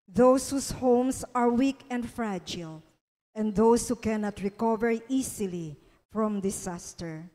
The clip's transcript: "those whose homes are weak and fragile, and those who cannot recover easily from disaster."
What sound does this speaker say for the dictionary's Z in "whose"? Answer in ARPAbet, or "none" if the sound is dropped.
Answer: S